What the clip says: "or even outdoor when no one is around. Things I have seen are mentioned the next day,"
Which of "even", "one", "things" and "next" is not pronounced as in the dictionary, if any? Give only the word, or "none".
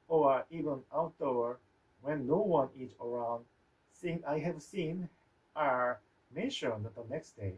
things